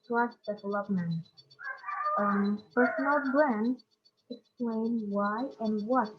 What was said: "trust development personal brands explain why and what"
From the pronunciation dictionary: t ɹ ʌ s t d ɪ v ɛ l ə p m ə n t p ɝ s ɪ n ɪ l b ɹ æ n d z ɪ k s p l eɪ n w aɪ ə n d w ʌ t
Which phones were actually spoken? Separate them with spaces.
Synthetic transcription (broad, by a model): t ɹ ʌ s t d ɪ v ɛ l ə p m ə n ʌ p ɝ s ɪ n ɪ l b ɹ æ n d ɪ k s p l eɪ n w aɪ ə n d w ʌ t